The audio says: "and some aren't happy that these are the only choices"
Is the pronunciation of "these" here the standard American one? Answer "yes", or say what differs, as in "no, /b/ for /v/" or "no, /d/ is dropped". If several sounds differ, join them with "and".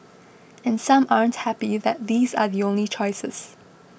yes